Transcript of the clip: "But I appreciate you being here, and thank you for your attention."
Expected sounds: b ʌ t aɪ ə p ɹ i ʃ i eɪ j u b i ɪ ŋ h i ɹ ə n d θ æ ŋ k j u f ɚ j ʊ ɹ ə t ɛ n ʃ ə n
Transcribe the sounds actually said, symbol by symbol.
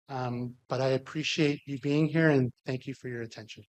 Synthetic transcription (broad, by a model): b ʌ t aɪ ə p ɹ i ʃ i eɪ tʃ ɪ b i ɪ ŋ h i ɹ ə n θ æ ŋ k j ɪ f ɚ j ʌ ɹ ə t ɛ n ʃ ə n